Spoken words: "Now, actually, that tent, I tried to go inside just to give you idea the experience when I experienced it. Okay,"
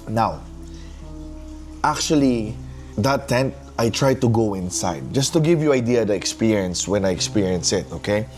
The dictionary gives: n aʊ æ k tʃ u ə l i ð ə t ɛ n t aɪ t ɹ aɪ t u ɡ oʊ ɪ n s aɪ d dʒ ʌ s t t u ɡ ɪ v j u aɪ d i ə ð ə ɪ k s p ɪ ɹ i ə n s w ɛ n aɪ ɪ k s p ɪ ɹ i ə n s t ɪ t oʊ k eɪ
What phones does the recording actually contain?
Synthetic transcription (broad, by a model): n aʊ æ k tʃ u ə l i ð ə t ɛ n t aɪ t ɹ aɪ t u ɡ oʊ ɪ n s aɪ d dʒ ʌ s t t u ɡ ɪ v j u aɪ d i ə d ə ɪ k s p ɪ ɹ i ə n s w ɛ n aɪ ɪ k s p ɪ ɹ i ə n s ɪ t oʊ k eɪ